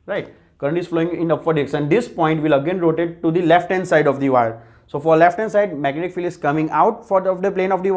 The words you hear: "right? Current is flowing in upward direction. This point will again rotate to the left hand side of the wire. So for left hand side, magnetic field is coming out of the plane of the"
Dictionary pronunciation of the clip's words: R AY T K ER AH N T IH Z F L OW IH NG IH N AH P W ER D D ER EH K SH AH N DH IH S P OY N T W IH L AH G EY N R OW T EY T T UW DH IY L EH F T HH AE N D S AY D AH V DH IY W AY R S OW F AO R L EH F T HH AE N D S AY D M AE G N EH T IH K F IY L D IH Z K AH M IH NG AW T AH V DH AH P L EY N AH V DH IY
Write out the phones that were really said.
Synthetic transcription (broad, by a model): R AY T K ER AH N T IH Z F L OW IH NG IH N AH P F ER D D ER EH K S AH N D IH S P OY N T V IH L AH G EY N R OW T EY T T UW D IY L EH F T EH N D S AY D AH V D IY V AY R S OW F AO R L EH F T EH N S AY D M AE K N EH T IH K F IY L IH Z K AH M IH NG AW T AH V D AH P L EY N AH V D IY